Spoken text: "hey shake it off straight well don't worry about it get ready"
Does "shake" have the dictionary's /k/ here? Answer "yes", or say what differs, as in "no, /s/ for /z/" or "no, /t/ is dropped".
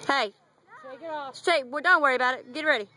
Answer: no, /k/ is dropped